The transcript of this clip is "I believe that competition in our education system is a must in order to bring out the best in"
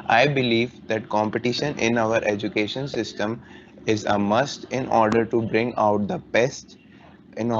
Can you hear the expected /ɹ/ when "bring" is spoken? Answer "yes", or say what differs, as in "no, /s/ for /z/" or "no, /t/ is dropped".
yes